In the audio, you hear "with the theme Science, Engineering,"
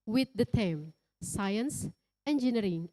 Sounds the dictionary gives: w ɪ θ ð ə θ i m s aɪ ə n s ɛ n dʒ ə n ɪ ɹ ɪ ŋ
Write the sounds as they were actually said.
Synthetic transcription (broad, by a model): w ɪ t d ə t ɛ m s aɪ ə n s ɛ n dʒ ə n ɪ ɹ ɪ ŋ